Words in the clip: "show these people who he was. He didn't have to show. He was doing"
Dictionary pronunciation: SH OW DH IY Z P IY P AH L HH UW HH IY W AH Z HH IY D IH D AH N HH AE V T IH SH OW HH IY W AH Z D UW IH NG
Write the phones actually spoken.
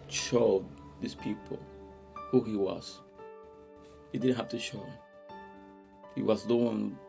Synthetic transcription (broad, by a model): SH OW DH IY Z P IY P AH L HH UW HH IY W AH Z HH IY D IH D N HH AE F T IH SH OW HH IY W AH Z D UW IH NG